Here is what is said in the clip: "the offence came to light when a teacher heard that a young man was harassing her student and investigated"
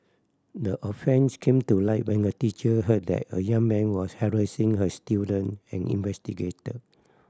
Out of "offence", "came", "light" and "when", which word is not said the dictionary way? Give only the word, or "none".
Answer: none